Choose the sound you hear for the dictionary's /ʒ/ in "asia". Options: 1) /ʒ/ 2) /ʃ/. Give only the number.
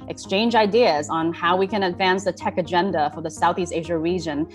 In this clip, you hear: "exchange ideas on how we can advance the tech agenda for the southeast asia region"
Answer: 1